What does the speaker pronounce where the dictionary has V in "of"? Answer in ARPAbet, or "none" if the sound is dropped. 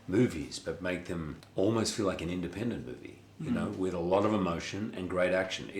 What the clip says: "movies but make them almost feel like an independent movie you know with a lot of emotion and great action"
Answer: V